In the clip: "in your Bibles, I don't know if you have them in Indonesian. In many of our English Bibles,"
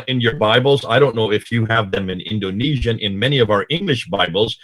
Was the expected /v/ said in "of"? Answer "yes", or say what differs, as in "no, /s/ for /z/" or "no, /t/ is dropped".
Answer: yes